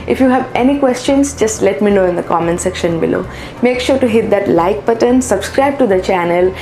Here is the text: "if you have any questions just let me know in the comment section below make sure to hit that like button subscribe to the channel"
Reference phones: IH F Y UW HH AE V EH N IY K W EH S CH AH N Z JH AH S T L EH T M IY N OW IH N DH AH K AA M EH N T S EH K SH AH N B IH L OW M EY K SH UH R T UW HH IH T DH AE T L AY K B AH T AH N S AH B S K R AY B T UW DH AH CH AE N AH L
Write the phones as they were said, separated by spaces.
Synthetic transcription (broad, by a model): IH F Y UW HH AE V EH N IY K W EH S CH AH N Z JH AH S T L EH T M IY N OW IH N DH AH K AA M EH N S EH K SH AH N B IH L OW M EY K SH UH R T UW HH IH T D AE T L AY K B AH T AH N S AH B S K R AY B T UW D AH CH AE N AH L